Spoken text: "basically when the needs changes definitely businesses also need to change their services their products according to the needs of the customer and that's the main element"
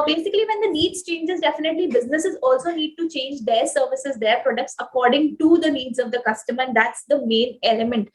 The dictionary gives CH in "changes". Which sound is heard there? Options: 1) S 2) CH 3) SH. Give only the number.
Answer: 2